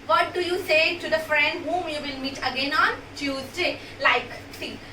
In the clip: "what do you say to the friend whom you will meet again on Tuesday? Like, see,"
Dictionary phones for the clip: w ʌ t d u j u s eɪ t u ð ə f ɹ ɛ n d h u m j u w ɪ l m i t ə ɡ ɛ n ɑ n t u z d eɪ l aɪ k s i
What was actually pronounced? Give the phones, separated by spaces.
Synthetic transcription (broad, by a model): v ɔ t d u j u s eɪ t u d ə f ɹ ɛ n d h u m j u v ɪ l m i t ə ɡ ɛ n ɑ n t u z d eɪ l aɪ k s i